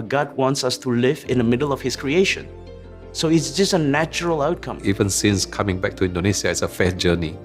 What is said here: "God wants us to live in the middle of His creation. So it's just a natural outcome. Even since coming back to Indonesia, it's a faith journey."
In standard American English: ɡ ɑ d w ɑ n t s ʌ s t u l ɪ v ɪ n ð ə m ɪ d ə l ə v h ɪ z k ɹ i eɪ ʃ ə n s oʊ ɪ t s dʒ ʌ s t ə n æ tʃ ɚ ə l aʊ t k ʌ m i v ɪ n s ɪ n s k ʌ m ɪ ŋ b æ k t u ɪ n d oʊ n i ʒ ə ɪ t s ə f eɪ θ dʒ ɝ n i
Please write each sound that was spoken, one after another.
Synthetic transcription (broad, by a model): ɡ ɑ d w ɑ n t s ʌ s t u l ɪ v ɪ n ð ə m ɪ d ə l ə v h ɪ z k ɹ i eɪ ʃ ə n s oʊ ɪ t s dʒ ʌ s t ə n æ tʃ ɚ ə l aʊ t k ʌ m i v ɪ n s ɪ n s k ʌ m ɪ ŋ b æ k t u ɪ n d oʊ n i s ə ɪ t s ə f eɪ s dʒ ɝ n i